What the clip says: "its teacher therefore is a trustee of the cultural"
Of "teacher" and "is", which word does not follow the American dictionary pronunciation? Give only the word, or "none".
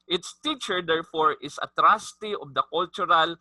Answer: is